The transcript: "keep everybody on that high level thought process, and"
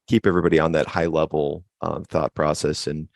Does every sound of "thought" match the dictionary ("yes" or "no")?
yes